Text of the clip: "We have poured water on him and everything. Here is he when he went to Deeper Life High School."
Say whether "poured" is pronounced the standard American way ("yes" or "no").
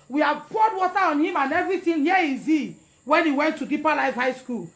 no